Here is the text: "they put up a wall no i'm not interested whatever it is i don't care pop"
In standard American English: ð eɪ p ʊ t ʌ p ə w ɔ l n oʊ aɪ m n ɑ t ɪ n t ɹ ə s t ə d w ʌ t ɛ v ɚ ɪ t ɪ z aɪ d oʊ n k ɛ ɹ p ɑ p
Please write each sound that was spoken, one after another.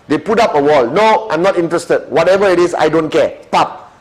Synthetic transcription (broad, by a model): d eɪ p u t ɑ p ə w ɔ l n oʊ aɪ m n ɑ t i n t ɹ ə s t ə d w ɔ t ɛ v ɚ ɪ t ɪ s aɪ d oʊ n k ɛ p ɑ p